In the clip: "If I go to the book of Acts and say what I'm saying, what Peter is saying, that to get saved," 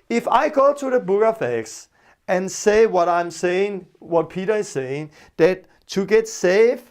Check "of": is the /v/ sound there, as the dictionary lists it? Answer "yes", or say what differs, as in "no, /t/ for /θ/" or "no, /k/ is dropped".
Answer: no, /f/ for /v/